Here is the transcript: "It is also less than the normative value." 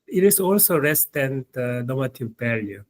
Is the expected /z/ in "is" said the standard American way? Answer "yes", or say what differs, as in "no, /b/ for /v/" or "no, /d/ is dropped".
no, /s/ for /z/